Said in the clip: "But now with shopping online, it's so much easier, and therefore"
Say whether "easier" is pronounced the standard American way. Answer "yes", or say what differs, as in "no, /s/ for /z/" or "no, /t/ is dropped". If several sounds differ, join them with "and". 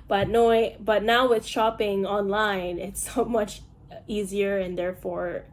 yes